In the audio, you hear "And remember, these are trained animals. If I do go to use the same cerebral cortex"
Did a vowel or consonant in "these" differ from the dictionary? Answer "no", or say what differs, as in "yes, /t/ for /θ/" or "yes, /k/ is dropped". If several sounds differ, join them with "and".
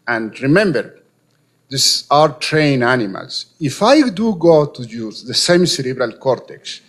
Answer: yes, /s/ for /z/